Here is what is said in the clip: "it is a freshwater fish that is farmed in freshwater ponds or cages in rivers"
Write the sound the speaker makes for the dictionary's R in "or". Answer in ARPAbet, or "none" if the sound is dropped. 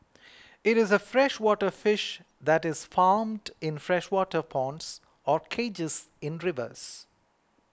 R